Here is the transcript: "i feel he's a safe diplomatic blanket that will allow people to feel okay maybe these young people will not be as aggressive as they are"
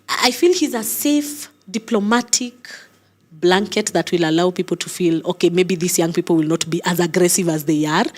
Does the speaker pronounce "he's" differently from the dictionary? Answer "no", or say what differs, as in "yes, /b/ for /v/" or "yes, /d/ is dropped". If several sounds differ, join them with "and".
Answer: no